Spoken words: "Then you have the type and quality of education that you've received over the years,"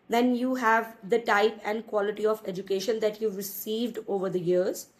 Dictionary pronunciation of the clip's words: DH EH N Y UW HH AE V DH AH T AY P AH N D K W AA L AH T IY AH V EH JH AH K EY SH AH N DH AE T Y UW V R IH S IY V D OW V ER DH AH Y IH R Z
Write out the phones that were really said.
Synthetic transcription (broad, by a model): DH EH N Y UW HH AE V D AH T AY P AH N D K W AA L AH T IY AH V EH JH AH K EY SH AH N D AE T Y UW V R IH S IY V D OW V ER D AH Y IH R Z